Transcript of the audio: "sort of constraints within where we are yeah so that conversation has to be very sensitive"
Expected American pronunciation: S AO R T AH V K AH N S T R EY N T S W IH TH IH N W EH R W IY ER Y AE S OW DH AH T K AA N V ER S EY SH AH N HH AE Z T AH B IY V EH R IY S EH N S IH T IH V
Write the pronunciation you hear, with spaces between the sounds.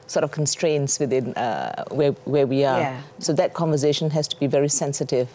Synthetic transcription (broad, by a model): S AO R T AH V K AH N S T R EY N T S W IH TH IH N W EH W W IY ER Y S OW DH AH T K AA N V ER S EY SH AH N HH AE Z T AH B IY V EH R IY S EH N S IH T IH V